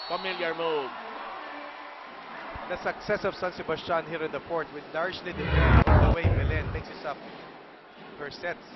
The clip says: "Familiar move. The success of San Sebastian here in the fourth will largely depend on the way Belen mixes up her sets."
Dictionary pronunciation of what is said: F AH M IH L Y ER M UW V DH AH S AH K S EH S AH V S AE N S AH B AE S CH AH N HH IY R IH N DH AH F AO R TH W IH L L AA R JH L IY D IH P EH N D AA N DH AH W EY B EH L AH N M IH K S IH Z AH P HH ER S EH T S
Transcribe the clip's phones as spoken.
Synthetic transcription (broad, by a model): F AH M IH L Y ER M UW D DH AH S AH K S EH S AH V S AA N S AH B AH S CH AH N HH IY R IH N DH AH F AO R T W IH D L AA R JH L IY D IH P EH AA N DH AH W EY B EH L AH N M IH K S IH S AH P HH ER S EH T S